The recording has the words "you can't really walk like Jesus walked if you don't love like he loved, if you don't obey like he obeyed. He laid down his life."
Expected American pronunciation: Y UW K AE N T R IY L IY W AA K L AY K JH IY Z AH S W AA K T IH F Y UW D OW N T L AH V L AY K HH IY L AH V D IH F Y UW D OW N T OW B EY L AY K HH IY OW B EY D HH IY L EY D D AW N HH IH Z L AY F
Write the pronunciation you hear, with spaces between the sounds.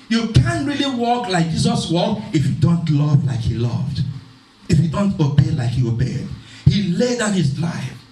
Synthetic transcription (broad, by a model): Y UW K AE N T R IY L IY W AA K L AY K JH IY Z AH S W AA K IH F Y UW D OW N T L AH V L AY K HH IY L AH V D IH F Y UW D OW N T OW B EY L AY K HH IY OW B EY D HH IY L EY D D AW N HH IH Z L AY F